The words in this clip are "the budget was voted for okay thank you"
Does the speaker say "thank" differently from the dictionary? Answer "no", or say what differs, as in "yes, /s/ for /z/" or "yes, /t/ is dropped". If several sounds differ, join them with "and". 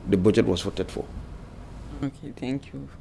yes, /t/ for /θ/